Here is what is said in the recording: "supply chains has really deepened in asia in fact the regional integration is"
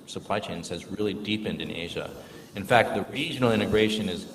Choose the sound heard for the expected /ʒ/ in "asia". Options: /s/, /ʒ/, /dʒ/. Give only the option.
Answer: /ʒ/